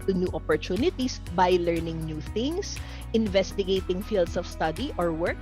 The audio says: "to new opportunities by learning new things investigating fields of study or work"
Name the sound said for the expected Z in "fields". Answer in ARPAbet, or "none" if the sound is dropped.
S